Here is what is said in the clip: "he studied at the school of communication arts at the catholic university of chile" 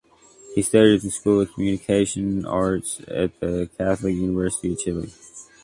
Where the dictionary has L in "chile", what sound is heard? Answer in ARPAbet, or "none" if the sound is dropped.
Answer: L